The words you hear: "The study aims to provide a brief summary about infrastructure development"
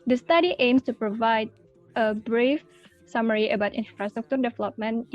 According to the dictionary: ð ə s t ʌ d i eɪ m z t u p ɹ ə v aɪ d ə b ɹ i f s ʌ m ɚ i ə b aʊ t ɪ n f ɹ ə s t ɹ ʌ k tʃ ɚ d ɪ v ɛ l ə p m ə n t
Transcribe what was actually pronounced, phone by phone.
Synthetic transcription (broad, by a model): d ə s t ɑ d i eɪ m s t u p ɹ ə v aɪ d ə b ɹ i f s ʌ m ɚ i ə b aʊ t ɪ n f ɹ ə s t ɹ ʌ k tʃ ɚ d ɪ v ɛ l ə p m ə n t